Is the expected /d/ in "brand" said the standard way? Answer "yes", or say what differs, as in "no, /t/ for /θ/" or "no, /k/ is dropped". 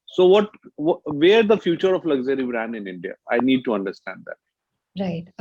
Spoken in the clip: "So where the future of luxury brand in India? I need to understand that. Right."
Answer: no, /d/ is dropped